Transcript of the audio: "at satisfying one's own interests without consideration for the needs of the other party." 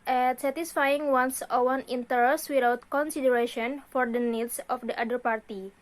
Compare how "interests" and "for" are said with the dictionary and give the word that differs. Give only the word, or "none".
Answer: interests